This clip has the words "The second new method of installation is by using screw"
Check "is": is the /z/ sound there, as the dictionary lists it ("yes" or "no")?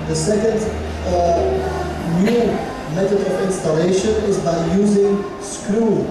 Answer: yes